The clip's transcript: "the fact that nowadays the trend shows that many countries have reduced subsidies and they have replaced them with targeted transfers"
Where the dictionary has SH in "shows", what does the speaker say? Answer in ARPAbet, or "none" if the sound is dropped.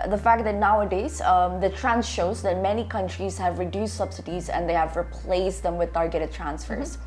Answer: SH